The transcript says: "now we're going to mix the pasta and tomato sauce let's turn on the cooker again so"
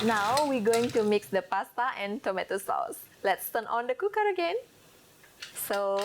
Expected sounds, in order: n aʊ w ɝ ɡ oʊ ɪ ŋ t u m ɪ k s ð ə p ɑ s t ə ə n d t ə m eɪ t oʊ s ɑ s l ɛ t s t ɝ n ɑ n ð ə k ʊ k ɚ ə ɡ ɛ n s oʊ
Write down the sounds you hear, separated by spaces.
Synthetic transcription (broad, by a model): n aʊ w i ɡ oʊ ɪ ŋ t u m ɪ k s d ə p ɑ s t ə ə n t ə m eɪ t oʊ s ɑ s l ɛ t s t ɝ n ɑ n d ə k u k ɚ ə ɡ ɛ n s oʊ